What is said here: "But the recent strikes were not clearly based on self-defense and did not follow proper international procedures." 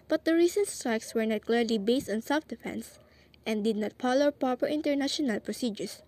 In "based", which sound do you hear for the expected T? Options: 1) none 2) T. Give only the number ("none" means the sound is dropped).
2